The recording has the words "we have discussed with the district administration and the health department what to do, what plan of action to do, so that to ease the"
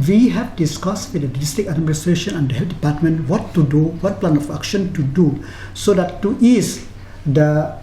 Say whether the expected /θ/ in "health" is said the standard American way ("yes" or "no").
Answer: no